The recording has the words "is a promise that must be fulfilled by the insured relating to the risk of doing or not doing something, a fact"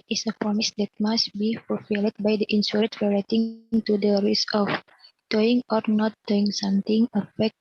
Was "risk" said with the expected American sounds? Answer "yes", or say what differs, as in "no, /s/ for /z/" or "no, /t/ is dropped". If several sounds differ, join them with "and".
no, /k/ is dropped